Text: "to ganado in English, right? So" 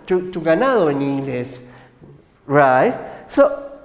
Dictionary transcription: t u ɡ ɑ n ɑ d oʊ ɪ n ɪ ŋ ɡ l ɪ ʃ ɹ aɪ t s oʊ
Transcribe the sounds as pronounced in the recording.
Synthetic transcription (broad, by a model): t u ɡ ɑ n ɑ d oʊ ɪ n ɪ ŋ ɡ l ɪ s ɹ aɪ t s oʊ